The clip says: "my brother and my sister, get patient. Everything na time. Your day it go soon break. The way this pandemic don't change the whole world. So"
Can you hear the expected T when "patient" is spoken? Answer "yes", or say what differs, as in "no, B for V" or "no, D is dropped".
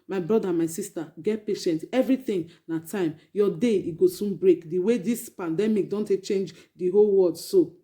yes